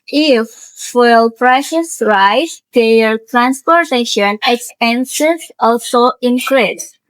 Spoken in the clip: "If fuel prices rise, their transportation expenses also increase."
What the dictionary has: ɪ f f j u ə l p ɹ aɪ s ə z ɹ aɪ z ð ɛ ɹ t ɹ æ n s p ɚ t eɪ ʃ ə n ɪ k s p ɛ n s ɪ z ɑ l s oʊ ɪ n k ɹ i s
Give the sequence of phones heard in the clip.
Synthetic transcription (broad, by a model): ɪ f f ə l p ɹ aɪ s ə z ɹ aɪ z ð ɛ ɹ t ɹ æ n s p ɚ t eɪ ʃ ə n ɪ k s p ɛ n s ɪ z ɑ l s oʊ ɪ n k ɹ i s